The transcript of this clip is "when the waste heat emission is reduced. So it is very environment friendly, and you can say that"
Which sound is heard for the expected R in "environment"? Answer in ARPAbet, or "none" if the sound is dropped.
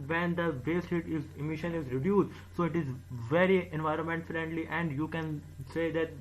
R